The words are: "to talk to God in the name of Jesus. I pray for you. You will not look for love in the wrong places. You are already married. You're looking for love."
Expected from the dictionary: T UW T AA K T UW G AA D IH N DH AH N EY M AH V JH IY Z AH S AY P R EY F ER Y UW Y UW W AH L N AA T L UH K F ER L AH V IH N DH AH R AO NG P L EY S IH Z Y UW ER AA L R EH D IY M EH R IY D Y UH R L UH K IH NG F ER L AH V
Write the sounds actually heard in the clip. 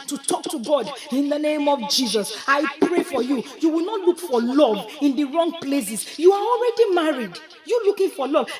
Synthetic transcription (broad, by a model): T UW T AA K T UW G AA D IH N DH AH N EY M AH V JH IY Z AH S AY P R EY F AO Y UW Y UW W AH L N AA T L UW K F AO L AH V IH N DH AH R AO NG P L EY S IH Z Y UW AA AA L R EH D IY M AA R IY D Y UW L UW K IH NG F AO L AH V